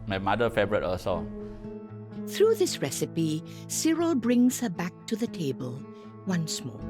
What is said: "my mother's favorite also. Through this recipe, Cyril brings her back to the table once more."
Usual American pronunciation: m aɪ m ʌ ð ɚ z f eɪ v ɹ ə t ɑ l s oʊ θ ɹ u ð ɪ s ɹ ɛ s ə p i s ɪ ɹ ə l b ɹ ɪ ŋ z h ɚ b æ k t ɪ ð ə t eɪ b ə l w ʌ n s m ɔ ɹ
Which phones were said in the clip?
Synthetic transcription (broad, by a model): m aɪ m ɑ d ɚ f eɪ b ɹ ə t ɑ s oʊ θ ɹ u ð ɪ s ɹ ɛ s ə p i s ɪ ɹ ə l b ɹ ɪ ŋ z h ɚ b æ k t ɪ ð ə t eɪ b ə l w ʌ n s m ɔ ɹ